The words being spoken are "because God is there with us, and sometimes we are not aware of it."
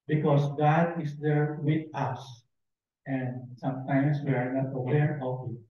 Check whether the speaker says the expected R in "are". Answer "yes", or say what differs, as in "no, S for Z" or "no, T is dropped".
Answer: yes